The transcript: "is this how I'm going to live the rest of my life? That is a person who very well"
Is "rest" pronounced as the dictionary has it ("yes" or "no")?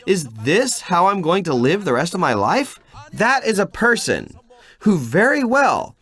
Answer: yes